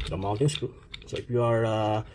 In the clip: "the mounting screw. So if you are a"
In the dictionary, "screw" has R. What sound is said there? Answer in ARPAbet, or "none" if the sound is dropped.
none